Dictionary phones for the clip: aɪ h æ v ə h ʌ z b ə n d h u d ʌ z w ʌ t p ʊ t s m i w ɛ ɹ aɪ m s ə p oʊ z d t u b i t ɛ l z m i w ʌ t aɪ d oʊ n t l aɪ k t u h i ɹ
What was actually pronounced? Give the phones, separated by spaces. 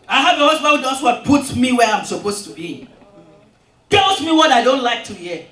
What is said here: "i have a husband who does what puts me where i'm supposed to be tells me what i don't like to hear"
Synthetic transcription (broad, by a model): aɪ h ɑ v ə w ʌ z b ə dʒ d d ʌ s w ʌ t p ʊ t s m i w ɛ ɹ aɪ m s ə p oʊ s t u b i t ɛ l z m i w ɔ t aɪ d oʊ n t l aɪ k t u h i